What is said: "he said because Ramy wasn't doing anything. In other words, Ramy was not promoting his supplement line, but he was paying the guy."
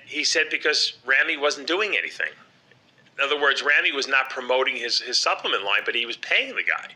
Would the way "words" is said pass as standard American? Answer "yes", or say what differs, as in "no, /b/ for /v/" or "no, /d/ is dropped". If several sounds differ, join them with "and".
yes